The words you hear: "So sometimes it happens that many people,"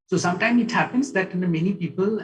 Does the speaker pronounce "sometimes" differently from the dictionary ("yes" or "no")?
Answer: yes